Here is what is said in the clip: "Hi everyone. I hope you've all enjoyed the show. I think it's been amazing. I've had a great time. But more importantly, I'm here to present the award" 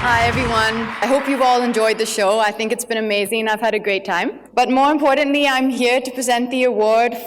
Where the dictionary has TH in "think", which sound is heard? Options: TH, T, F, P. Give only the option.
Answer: TH